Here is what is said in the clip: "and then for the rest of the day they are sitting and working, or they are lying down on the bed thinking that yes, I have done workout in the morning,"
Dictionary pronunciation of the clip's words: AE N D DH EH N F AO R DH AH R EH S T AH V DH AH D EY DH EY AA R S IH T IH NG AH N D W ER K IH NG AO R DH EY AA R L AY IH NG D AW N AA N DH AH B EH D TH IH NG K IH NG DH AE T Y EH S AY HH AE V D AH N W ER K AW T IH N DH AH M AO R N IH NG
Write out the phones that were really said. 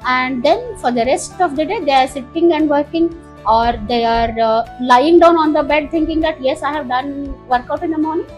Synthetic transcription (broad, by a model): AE N D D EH N F AO R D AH R EH S T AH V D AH D EY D EY AA R S IH T IH NG AH N D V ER K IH NG AO R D EY AA R L AY IH NG D AW N AA N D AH B EH D T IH NG K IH NG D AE T Y EH S AY HH AE V D AH N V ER K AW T IH N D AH M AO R N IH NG